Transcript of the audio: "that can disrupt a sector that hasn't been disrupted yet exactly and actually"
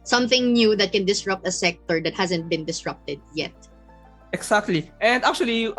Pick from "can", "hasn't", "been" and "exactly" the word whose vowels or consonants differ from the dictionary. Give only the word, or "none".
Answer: exactly